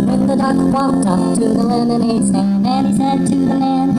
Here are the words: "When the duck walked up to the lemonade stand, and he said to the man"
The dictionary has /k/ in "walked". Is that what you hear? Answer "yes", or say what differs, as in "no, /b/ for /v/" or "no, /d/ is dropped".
no, /k/ is dropped